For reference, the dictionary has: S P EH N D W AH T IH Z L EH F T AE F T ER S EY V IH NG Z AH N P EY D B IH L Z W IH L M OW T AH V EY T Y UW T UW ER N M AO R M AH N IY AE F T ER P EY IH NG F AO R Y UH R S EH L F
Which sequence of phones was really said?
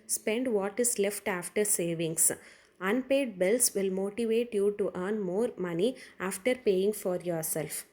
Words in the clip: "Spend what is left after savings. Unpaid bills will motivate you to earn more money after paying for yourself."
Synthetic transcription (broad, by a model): S P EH N D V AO T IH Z L EH F T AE F T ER S EY V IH NG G AH N P EY D B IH L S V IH L M OW T AH V EY T Y UW T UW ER N M AO R M AH N IY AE F T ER P EY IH NG F AO R Y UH R S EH L F